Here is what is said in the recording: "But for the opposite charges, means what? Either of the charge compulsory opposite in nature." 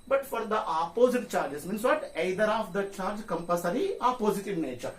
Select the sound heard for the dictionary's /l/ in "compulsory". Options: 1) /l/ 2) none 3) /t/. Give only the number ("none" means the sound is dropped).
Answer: 2